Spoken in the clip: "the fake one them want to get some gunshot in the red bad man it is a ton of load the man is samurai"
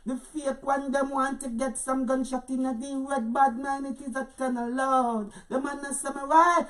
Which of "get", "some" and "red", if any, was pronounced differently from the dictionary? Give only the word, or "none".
red